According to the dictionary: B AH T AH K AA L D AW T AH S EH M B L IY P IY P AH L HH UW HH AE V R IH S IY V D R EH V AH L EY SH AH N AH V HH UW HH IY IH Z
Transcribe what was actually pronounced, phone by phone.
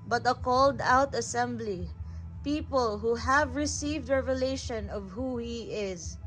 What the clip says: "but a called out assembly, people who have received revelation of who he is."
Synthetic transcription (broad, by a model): B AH T AH K AA L D AW T AH S EH M B L IY P IY P AH L HH UW HH AE V R IH S IY V D R EH V AH L EY SH AH N AH V HH UW HH IY IH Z